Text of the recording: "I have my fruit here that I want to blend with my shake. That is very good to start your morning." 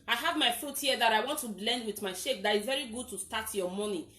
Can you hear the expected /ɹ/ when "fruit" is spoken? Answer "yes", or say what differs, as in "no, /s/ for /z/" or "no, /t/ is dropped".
no, /ɹ/ is dropped